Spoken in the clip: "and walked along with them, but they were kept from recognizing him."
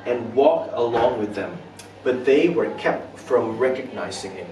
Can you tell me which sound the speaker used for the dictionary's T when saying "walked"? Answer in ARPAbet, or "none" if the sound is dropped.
none